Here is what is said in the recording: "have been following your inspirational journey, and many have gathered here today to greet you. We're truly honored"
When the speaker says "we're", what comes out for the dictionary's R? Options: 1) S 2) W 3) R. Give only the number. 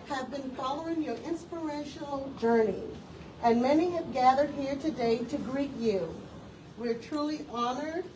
3